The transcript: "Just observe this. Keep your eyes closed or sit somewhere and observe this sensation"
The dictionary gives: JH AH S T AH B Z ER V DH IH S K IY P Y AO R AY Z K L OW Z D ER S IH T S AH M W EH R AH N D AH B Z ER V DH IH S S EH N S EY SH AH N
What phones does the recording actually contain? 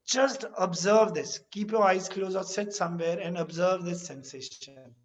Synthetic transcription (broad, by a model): JH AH S T AH B Z ER V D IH S K IY P Y AO R AY Z K L OW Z ER S IH T S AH M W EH R AH N D AH B Z ER V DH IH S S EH N S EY SH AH N